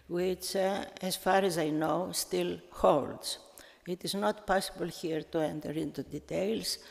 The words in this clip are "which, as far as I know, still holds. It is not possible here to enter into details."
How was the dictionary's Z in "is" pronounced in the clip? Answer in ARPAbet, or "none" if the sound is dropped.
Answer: Z